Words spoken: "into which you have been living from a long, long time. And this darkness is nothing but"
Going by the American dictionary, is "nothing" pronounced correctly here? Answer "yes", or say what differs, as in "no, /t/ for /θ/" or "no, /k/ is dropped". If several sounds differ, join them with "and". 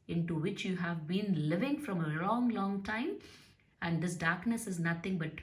no, /t/ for /θ/